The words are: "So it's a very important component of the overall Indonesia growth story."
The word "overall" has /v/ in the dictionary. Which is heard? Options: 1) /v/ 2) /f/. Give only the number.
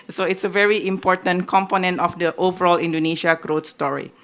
1